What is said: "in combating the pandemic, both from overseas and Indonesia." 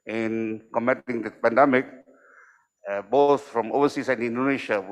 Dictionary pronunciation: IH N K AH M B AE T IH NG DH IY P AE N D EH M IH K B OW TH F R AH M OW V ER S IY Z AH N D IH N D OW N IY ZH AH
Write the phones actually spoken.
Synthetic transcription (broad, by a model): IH N K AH M EH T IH NG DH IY P AE N D EH M IH K B OW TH F R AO M OW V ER S IY S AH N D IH N D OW N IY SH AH